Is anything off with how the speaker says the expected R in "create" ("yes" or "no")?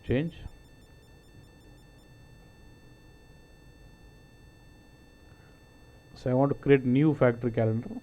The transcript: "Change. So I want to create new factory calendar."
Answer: no